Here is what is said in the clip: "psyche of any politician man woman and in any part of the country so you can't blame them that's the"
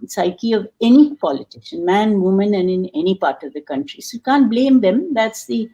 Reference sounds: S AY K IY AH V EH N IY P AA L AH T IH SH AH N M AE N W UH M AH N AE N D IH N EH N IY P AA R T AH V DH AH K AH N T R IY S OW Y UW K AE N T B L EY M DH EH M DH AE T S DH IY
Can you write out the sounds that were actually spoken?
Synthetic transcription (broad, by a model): S AY K IY AH V EH N IY P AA L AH T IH S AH N M AE N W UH M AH N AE N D IH N EH N IY P AA R T AH V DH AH K AH N T R IY S OW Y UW K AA N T B L EY M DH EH M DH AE T S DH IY